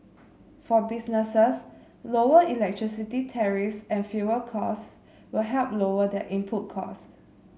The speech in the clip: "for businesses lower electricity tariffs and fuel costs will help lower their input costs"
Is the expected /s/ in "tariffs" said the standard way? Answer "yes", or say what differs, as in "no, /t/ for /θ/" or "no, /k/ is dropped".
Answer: yes